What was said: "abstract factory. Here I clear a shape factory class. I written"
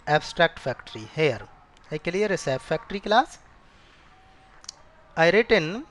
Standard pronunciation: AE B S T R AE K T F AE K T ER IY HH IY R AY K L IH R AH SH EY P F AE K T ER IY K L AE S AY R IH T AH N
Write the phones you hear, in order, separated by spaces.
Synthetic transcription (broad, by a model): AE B S T R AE K T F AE K T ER IY HH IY R AY K L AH R AH S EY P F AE K T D IY K L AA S AY R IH T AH N